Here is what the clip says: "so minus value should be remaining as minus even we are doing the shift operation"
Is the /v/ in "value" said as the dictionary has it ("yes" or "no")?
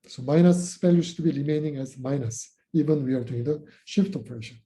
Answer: no